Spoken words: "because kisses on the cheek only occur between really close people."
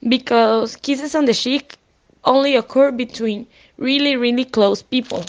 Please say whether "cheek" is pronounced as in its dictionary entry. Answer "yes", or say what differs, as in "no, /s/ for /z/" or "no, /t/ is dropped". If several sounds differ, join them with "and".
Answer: no, /ʃ/ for /tʃ/